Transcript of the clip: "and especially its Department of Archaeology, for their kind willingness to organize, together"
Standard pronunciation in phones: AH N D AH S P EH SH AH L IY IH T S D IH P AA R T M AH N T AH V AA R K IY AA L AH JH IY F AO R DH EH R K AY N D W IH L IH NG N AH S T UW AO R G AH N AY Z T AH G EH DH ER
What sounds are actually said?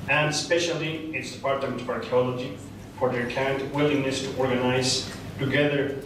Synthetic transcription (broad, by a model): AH N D S P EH SH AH L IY IH T S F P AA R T AH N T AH AA R K IY AA L AH JH IY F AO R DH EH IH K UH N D W IH L IH NG N AH S T UW AO R G AH N AY Z T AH G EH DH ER